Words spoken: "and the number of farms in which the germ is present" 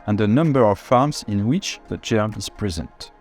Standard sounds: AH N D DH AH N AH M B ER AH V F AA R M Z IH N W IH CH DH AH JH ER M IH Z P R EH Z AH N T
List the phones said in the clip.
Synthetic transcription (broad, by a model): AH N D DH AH N AH M B ER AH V F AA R M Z IH N W IH CH DH AH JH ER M IH Z P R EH Z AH N T